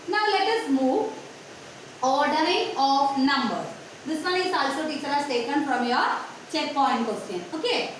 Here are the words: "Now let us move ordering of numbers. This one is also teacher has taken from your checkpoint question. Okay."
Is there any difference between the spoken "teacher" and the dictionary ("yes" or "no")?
no